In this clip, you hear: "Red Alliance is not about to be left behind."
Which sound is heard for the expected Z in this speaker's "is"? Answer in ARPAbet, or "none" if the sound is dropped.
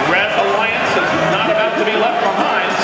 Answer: Z